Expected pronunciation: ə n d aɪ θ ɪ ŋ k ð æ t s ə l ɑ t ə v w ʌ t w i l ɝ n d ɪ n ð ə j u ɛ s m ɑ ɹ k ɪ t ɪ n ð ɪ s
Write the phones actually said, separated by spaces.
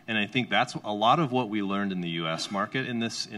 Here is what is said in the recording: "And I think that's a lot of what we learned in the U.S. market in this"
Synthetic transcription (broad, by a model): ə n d aɪ θ ɪ ŋ k ð æ t s ə l ɑ t ə v w ʌ t w i l ɝ n d ɪ n ð ə j u ɛ s m ɑ ɹ k ɪ t ɪ n ð ɪ s